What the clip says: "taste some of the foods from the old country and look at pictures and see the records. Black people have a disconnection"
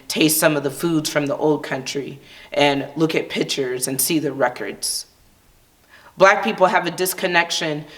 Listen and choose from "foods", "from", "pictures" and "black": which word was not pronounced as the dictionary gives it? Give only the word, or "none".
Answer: none